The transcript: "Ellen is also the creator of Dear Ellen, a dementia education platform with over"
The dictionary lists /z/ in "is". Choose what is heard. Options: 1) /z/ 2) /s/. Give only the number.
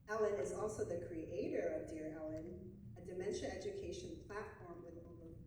1